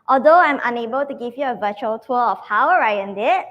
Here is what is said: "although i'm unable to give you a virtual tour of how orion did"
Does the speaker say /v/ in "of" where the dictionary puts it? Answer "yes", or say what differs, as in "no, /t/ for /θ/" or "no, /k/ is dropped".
no, /f/ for /v/